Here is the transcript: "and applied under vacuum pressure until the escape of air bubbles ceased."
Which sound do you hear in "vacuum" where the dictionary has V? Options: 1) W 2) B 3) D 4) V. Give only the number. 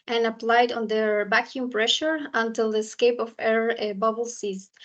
2